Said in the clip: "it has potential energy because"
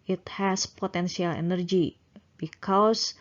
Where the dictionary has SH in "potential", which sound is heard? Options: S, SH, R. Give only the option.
S